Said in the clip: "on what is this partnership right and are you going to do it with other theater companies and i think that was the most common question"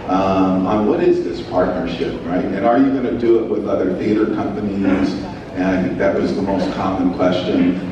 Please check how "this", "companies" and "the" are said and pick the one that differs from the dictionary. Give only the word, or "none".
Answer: none